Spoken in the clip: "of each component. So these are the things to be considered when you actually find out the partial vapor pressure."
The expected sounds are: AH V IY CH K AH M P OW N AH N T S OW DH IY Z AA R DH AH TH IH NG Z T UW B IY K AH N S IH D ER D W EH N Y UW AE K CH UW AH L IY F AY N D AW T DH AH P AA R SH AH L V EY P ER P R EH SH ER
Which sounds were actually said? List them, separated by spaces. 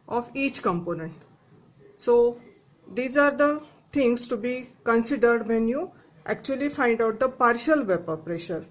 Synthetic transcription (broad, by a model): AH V IY CH K AH M P OW N AH N T S OW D IY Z AA R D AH T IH NG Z T UW B IY K AH N S IH D ER D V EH N Y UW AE K CH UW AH L IY F AY N D AW T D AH P AA R SH AH L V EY P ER P R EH SH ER